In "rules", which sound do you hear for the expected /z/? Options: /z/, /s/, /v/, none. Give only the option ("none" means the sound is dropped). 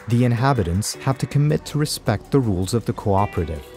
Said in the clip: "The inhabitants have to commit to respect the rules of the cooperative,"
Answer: /z/